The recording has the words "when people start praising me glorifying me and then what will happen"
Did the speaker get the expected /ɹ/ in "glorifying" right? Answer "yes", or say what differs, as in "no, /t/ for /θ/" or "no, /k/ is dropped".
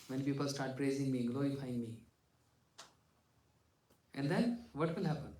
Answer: no, /ɹ/ is dropped